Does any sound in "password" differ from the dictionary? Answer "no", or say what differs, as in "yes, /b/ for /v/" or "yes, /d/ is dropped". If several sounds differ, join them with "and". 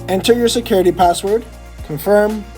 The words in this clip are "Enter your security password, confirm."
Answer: no